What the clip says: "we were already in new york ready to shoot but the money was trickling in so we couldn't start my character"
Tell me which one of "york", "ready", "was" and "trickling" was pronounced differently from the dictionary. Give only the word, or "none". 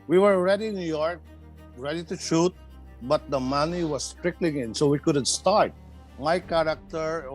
was